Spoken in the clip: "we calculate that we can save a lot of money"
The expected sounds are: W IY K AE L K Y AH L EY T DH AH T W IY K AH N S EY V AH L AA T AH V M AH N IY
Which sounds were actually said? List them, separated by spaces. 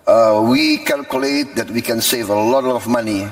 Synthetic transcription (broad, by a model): W IY K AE L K Y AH L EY T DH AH T W IY K AH N S EY V AH L AA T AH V M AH N IY